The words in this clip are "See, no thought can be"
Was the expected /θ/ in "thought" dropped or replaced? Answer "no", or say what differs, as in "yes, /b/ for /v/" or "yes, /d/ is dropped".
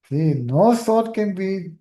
yes, /s/ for /θ/